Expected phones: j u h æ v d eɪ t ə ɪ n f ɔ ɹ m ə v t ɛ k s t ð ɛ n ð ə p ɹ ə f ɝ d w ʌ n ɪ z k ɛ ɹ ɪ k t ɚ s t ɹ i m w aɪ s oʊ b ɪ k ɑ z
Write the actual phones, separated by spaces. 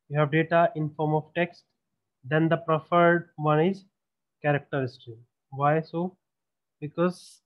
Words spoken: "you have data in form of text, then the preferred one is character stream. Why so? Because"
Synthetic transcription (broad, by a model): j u h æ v d eɪ t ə ɪ n f ɔ ɹ m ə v t ɛ k s t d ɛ n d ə p ɹ ə f ɝ d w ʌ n ɪ z k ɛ ɹ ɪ k t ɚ s t i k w aɪ s oʊ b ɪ k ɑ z